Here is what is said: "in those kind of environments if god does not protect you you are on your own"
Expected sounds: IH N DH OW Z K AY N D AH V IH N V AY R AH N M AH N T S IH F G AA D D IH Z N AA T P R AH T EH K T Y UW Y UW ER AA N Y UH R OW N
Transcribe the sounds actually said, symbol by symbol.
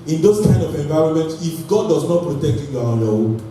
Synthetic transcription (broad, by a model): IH N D OW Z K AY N AH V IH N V AY R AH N M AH N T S IH F G AA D D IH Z N AA T P R AH T EH K T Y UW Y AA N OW